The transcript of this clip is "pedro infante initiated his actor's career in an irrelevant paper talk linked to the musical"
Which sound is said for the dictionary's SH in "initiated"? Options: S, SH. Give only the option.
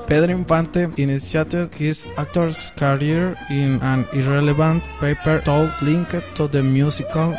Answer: S